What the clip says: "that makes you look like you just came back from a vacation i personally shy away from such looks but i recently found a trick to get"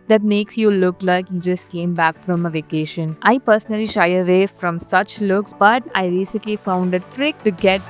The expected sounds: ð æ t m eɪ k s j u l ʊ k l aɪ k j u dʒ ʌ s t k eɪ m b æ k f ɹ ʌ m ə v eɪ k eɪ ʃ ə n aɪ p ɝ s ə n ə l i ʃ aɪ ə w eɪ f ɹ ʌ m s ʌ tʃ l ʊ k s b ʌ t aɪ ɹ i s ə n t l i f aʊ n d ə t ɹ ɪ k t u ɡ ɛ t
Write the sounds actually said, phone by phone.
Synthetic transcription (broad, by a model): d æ t m eɪ k s j u l ʊ k l aɪ k j u dʒ ʌ s t k eɪ m b æ k f ɹ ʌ m ə v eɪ k eɪ ʃ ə n aɪ p ɝ s ə n ə l i ʃ aɪ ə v eɪ f ɹ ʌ m s ʌ tʃ l ʊ k s b ʌ t aɪ ɹ i s ə n t l i f aʊ n d ə t ɹ ɪ k t u ɡ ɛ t